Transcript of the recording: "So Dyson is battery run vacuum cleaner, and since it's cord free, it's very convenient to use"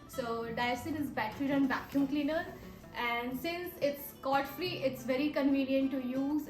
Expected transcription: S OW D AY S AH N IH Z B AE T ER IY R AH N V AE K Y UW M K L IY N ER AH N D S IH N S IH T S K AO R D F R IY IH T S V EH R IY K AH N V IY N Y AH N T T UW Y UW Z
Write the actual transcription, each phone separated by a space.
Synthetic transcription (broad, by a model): S OW D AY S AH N IH Z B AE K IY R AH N B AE K Y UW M K L IY N ER AH N D S IH N S IH T S K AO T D F R IY IH T S V EH R IY K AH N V IY N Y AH N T T UW Y UW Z